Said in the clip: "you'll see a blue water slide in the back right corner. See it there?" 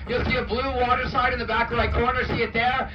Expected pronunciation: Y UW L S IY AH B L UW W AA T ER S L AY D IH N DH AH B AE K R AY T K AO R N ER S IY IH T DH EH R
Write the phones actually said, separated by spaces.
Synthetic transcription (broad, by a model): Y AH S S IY AH B L UW W AA T ER S AY D IH N DH AH B AE K L AY K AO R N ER S IY IH T DH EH R